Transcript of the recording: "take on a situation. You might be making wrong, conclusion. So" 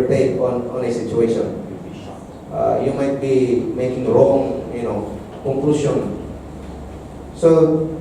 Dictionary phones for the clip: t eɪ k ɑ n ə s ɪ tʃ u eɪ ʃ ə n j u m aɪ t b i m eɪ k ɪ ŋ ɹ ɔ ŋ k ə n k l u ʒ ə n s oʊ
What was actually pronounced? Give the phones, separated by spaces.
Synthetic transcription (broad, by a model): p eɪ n ɑ n ə s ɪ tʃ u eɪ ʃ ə n j u m aɪ t b i m eɪ k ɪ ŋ ɹ ɔ ŋ k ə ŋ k l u s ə n s oʊ